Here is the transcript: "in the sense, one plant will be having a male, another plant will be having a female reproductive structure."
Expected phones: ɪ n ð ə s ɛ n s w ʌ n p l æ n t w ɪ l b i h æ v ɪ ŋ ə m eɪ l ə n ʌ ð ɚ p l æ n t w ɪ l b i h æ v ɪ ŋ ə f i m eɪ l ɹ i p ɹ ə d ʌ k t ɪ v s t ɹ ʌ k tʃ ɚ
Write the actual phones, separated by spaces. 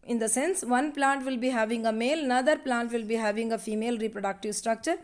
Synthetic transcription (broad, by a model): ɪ n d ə s ɛ n s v ʌ n p l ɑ n t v ɪ l b i h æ v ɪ ŋ ə m eɪ l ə n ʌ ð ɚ p l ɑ n t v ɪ l b i h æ v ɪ ŋ ə f i m eɪ l ɹ i p ɹ ə d ʌ k t ɪ v s t ɹ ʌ k tʃ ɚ